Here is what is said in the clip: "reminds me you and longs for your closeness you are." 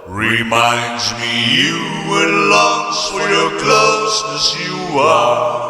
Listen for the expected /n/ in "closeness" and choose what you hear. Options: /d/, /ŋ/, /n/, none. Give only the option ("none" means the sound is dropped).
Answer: none